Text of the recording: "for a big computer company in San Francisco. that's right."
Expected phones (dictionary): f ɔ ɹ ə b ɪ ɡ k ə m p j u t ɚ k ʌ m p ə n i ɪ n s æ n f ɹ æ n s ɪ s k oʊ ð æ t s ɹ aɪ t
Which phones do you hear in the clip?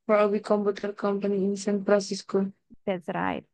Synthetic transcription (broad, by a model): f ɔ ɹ ə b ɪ k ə m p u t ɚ k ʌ m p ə n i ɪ n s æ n p ɹ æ s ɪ s k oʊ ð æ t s ɹ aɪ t